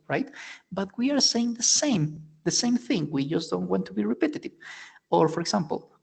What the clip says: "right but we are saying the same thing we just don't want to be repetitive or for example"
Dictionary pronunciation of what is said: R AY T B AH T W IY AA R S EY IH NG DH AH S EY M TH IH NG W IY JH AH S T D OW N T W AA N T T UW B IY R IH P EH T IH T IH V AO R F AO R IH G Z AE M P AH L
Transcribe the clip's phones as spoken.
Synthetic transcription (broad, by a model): R AY T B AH T W IY AA R S EY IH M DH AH S EY M TH IH NG W IY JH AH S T D OW N T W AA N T T UW B IY R IH P EH T IH T IH V AO R F AO R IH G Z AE M P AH L